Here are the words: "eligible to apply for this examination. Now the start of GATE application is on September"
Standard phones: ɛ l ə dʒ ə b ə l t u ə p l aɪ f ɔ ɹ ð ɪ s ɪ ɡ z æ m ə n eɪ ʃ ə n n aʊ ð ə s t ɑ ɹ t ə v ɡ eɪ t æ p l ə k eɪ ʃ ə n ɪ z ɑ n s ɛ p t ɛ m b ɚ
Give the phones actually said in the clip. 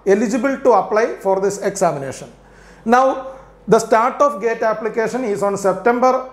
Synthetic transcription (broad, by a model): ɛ l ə dʒ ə b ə l t u ə p l aɪ f ɔ ɹ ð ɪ s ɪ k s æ m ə n eɪ ʃ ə n n aʊ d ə s t ɑ ɹ t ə f ɡ eɪ t æ p l ə k eɪ ʃ ə n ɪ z ɑ n s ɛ p t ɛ m b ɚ